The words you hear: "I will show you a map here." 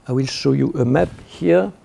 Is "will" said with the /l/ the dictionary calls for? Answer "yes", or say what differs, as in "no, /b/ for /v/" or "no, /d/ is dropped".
yes